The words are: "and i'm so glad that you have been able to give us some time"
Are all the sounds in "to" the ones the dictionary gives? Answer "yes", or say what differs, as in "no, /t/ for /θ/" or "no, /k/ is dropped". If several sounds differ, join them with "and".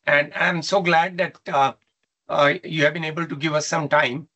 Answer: yes